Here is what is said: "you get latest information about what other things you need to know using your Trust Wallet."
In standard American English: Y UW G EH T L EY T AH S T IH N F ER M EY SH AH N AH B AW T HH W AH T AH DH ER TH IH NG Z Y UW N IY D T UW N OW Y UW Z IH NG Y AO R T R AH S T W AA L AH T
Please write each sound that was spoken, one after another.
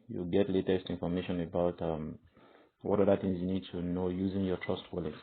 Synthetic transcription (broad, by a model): Y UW G EH T L EY T AH S T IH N F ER M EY SH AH N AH B AW T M W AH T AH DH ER TH IH NG Z Y UW N IY D T UW N OW Y UW Z IH NG Y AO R T R AH S T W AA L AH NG